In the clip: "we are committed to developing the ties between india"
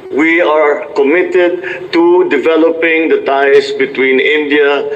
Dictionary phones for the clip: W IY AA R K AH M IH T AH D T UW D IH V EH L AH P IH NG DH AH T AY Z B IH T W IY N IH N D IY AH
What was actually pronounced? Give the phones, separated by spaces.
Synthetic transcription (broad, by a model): W IY AA R K AH M IH T AH D T UW D IH V EH L AH P IH NG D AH T AY S B IH T W IY N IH N D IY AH